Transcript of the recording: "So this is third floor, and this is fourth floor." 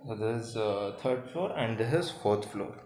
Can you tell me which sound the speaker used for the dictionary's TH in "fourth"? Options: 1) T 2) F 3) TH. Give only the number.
1